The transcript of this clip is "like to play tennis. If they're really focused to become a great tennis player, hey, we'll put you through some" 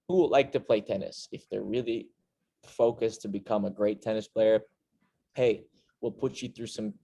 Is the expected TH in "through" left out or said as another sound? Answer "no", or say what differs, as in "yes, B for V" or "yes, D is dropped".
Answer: no